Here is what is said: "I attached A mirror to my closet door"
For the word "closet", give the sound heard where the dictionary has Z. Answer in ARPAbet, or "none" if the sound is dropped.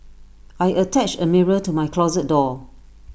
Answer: Z